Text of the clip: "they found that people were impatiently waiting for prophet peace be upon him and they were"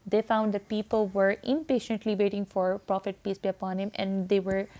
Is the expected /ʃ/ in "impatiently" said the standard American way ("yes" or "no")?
yes